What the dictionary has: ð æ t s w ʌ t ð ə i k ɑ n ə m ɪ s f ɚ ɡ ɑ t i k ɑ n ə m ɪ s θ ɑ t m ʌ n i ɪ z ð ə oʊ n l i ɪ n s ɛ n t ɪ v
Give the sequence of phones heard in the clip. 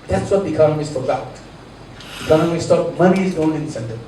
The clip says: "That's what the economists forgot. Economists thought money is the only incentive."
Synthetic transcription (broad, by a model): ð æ t s w ʌ t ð i k ɑ n ə m ɪ s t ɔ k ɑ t i k ɑ n ə m ɪ s t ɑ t m ʌ n i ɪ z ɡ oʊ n i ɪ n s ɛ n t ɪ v